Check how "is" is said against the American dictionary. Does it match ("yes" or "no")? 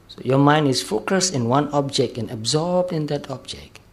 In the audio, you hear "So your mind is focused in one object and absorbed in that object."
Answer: no